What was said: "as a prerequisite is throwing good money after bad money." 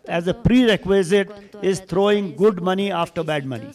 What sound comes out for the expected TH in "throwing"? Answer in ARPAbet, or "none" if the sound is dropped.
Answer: T